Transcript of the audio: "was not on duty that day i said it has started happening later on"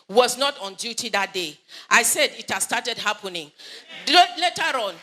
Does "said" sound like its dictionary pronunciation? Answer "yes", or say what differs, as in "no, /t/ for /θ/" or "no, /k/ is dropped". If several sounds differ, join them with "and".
yes